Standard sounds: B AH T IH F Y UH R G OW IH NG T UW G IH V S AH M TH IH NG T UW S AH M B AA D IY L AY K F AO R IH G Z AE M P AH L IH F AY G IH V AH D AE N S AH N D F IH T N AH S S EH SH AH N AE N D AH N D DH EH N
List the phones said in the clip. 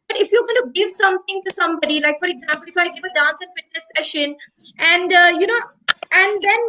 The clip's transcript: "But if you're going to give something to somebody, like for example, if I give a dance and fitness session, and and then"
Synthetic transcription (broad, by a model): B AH T IH F Y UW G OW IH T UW G IH V S AH M T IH NG T UW S AH M B AA D IY L AY K F AO R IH G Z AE M P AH L IH F AY G IH V AH D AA N S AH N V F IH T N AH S S EH SH AH N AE N D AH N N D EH N